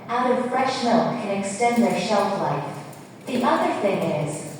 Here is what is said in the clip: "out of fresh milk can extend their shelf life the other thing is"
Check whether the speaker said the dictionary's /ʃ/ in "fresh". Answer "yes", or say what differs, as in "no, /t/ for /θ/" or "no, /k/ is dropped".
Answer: yes